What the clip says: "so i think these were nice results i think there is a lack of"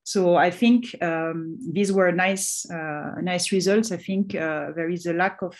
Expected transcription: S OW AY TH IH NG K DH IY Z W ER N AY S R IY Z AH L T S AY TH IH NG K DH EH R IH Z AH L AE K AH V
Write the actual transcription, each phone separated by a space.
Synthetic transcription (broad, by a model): S OW AY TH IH NG K DH IY Z W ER N AY S R IY Z AH L T S AY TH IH NG K DH EH R IH Z AH L AE K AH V